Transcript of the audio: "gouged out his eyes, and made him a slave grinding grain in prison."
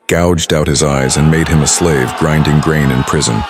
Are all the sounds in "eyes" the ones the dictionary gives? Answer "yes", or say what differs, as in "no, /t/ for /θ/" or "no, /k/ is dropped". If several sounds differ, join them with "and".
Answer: yes